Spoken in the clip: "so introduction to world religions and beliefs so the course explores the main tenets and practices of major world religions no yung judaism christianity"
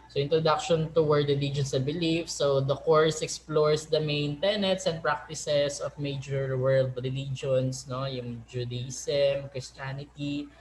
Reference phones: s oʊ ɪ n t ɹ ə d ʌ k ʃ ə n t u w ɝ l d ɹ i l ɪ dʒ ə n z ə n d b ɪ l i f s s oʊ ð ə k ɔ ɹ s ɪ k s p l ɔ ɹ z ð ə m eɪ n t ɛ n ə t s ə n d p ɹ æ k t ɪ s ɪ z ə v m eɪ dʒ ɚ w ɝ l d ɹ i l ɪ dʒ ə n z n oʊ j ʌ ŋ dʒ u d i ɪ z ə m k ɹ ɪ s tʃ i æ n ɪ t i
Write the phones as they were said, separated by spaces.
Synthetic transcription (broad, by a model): s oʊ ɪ n t ɹ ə d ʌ k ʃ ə n t u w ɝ d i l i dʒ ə n s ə b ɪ l i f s s oʊ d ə k ɔ ɹ s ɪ k s p l ɔ ɹ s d ə m eɪ n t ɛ n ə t s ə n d p ɹ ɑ k t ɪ s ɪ s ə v m eɪ dʒ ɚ w ɝ l d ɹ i l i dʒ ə n s n oʊ j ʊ ŋ dʒ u d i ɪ s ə m k ɹ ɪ s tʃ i n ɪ t i